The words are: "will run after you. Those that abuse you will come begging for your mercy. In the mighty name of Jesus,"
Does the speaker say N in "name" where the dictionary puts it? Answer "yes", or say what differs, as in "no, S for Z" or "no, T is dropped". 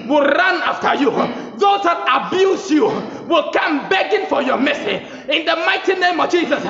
yes